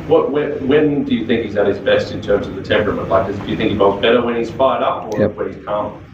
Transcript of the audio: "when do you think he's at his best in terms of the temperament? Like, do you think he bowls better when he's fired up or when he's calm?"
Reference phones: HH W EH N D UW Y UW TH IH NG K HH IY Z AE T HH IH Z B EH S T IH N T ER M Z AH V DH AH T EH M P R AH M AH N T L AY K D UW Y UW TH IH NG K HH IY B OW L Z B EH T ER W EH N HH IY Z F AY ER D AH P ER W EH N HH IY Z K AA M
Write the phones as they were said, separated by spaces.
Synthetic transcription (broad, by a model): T W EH N D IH Y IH TH IH NG K HH IY Z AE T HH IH Z B EH S T IH N T ER M Z AH V DH AH T EH M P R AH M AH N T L AY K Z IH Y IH TH IH NG K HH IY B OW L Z B EH T ER W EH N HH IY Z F AY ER D AH P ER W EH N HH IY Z K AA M